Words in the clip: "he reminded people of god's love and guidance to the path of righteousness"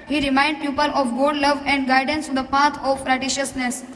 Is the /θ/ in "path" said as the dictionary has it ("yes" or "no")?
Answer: no